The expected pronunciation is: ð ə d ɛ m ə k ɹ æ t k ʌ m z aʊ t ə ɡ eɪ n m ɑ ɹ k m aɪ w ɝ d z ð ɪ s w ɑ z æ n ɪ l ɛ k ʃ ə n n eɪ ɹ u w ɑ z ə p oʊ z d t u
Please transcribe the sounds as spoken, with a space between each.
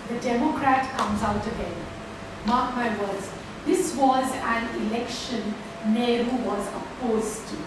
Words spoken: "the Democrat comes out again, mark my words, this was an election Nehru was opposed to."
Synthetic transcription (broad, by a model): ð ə d ɛ m ə k ɹ æ t k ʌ m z aʊ t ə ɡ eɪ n m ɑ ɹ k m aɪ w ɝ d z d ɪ s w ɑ z æ n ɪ l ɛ k ʃ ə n n eɪ ɹ u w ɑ z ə p oʊ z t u